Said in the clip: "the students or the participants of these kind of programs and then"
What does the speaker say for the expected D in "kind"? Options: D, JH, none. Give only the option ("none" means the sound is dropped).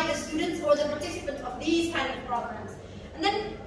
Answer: none